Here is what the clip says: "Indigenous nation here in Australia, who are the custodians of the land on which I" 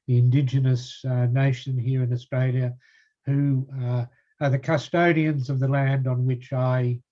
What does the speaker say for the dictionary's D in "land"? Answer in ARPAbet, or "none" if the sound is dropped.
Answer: D